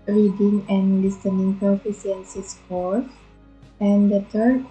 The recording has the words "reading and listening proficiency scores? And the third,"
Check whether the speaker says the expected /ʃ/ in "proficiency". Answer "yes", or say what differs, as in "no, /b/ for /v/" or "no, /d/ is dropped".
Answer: no, /s/ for /ʃ/